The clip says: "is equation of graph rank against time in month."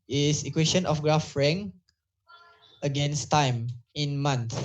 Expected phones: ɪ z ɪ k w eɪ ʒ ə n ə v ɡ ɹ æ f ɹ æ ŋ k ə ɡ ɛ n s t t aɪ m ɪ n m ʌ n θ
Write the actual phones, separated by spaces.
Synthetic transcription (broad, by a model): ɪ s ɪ k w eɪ ʃ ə n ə f ɡ ɹ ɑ f ɹ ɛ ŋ ə ɡ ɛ n s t t aɪ m ɪ n m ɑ n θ